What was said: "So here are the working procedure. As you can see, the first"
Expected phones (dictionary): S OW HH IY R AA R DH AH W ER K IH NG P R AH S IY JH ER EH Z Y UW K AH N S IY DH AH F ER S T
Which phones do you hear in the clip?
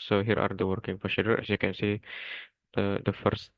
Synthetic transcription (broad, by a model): S OW HH IY R AA R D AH W ER K IH NG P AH SH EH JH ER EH S Y UW K AH N S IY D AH F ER S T